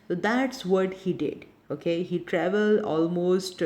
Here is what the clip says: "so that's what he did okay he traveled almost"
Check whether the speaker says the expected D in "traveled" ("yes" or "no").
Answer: yes